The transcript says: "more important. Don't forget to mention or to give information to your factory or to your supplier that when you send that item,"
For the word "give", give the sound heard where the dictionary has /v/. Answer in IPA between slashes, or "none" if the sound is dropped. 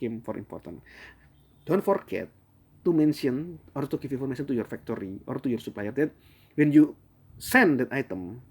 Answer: /f/